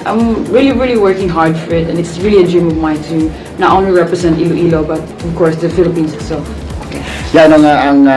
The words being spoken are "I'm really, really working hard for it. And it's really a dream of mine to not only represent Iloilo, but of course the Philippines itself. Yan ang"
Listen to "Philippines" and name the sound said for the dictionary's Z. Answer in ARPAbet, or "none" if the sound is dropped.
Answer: S